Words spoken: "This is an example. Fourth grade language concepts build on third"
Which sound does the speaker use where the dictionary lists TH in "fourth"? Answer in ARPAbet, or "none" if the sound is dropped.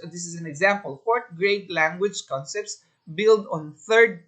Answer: T